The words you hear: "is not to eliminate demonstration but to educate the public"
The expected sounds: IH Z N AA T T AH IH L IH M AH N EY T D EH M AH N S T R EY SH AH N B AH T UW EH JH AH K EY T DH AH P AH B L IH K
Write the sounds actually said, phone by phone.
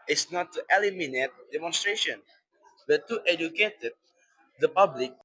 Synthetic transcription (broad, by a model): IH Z N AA T T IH L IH M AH N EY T D EH M AH N S T R EY SH AH N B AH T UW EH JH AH K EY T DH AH P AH B L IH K